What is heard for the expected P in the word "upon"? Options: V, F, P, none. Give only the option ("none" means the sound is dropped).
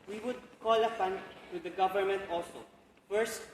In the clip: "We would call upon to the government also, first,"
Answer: F